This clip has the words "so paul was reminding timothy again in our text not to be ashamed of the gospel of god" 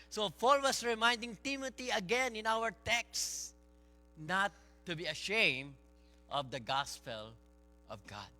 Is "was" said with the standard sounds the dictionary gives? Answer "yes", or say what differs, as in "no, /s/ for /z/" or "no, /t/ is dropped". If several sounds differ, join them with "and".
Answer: no, /s/ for /z/